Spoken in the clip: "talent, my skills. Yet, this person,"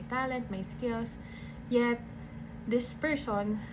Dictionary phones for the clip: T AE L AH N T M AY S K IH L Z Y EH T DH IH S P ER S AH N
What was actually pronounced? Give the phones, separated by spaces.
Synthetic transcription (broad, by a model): T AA L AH N T M AY S K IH L S Y EH T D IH S P ER S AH N